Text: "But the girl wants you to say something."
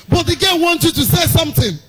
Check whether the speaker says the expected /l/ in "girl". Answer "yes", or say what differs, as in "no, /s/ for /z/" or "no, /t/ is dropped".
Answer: no, /n/ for /l/